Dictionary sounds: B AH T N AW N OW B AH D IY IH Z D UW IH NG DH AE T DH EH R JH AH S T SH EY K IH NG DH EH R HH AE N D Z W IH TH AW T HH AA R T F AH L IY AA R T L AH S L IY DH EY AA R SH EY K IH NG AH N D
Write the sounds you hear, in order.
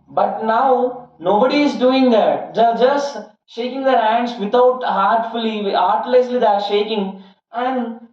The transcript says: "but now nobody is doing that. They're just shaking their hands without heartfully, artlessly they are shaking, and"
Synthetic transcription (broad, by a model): B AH T N AW N OW B AH D IY IH Z D UW IH NG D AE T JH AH JH AH S T SH EY K IH NG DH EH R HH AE N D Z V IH T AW T HH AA R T F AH L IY AA R T L AH S L IY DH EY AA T SH EY K IH NG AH N D